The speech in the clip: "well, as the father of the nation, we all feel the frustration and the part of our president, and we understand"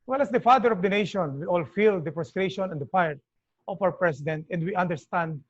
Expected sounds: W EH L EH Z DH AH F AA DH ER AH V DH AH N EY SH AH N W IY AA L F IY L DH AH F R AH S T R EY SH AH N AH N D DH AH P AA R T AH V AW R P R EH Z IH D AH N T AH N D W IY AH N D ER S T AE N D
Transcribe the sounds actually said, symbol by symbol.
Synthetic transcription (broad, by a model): W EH L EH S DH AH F AA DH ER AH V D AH N EY SH AH N W IY AA L F IY L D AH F R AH S T R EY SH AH N AH N D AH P AA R T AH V AW R P R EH S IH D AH N T AH N D W IY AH N D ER S T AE N D